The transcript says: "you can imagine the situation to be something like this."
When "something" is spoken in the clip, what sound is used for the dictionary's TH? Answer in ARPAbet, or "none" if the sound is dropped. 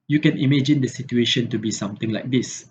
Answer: T